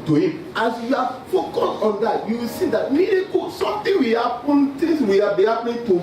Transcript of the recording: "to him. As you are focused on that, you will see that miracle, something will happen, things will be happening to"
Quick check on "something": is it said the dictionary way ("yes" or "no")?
no